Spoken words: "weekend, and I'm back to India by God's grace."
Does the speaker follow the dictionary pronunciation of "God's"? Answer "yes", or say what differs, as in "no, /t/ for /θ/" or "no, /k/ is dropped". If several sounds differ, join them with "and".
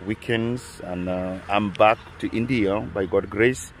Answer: no, /z/ is dropped